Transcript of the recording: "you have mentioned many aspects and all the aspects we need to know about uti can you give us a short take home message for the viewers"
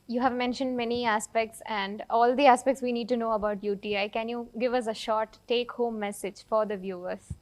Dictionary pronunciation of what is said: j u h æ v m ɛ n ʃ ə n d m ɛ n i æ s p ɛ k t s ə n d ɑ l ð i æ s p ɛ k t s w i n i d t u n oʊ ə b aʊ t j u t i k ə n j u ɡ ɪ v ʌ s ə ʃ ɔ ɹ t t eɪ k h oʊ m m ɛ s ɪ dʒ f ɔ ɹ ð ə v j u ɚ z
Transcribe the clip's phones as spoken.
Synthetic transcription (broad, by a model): j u h æ v m ɛ n ʃ ə n d m ɛ n i æ s p ɛ k t s ə n d ɑ l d i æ s p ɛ k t s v i n i d t u n oʊ ə b aʊ t j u t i k ə n j u ɡ ɪ v ʌ s ə ʃ ɔ ɹ t t eɪ k h oʊ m m ɛ s ɪ dʒ f ɔ ɹ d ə v j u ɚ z